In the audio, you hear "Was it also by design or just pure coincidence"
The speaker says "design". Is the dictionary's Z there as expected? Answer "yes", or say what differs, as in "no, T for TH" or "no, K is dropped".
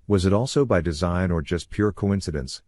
yes